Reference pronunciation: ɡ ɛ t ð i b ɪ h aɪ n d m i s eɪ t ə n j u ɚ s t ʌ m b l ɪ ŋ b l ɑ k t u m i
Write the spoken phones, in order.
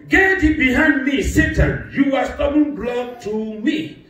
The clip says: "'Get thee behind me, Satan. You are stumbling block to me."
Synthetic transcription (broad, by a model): ɡ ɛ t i b ɪ h aɪ n d m i s eɪ t ə n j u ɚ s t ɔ b ɪ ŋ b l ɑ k t u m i